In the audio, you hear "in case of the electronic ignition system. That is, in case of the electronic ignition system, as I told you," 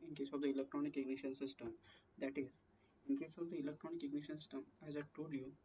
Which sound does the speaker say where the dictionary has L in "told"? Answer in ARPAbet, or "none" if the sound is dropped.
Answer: none